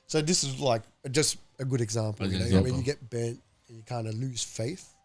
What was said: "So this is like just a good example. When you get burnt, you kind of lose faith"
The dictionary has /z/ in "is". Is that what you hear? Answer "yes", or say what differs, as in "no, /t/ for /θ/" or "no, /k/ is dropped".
yes